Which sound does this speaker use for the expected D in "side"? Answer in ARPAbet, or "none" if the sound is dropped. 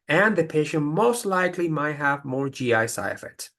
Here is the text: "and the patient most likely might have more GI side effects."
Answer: none